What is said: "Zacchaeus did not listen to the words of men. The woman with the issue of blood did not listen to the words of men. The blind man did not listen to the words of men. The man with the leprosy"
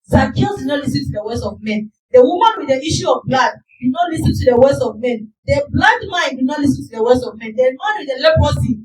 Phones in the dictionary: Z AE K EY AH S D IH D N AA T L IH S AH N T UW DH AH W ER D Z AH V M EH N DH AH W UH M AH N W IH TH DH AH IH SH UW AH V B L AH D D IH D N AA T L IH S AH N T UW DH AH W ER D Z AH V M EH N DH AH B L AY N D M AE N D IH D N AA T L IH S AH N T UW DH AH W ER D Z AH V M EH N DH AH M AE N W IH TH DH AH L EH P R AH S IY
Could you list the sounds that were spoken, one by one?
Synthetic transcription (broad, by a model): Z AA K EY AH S D IH D N AA T L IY S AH N T UW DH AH W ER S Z AH V M EH N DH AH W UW M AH N W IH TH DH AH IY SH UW AH V B L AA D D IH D N AA T L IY S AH N T UW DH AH W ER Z AH V M EH N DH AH B L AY D M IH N D IH D N AA T L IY S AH N T UW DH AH W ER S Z AH V M EH N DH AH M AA N W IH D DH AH L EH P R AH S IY